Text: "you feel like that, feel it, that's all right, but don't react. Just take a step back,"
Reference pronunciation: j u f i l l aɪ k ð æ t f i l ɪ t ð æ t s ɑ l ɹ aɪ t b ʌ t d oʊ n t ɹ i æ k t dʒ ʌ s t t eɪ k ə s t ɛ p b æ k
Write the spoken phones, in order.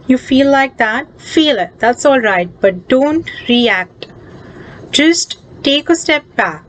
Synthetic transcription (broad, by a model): j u f i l l aɪ k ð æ t f i l ɪ t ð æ t s ɑ l ɹ aɪ t b ʌ t d oʊ n t ɹ i æ k t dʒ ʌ s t t eɪ k ə s t ɛ p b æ k